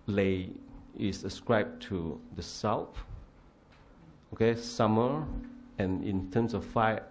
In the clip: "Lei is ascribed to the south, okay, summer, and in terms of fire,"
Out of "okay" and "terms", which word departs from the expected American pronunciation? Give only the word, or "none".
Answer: terms